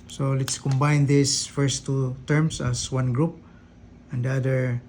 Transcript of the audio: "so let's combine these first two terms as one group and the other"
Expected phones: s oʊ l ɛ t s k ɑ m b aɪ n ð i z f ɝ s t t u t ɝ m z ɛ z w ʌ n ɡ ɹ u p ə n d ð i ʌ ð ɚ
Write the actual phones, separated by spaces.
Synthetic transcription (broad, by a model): s oʊ l ɛ t s k ɑ m b aɪ n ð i s f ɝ s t t u t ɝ m s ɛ s w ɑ n ɡ ɹ u p ə n d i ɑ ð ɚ